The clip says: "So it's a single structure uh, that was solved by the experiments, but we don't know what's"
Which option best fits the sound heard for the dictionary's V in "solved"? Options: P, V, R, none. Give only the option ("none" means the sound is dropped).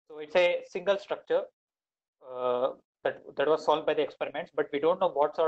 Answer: none